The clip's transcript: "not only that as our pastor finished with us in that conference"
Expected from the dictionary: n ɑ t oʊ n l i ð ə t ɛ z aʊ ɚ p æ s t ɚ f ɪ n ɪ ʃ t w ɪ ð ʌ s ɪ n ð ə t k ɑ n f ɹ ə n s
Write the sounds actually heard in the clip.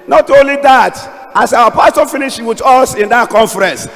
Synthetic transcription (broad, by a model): n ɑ t oʊ n l i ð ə t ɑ s aʊ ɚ p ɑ s t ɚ f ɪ n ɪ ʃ w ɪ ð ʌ s ɪ n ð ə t k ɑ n f ɹ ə n s